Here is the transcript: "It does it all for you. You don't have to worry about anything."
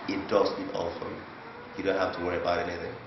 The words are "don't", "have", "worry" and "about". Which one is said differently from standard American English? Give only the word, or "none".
have